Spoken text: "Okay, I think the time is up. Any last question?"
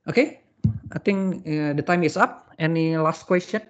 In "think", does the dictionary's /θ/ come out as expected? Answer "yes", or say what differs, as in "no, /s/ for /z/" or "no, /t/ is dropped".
no, /t/ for /θ/